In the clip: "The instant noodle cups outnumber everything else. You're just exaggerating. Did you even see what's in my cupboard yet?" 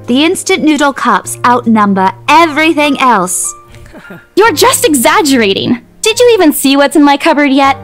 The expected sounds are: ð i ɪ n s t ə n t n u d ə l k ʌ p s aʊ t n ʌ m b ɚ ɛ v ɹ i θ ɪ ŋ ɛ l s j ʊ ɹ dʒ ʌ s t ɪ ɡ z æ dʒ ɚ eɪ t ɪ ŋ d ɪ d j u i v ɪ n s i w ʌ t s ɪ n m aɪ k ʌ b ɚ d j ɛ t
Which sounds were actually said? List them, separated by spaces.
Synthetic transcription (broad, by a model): ð i ɪ n s t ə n n u d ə l k ʌ p s aʊ t n ʌ m b ɚ ɛ v ɹ i θ ɪ ŋ ɛ l s j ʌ ɹ dʒ ʌ s t ɪ ɡ z æ dʒ ɚ eɪ t ɪ ŋ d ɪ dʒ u i v ɪ n s i w ʌ t s ɪ n m aɪ k ʌ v ɚ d j ɛ t